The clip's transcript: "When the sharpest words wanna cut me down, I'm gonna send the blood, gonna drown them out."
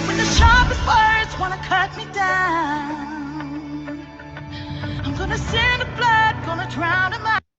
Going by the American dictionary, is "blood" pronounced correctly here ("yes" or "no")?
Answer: yes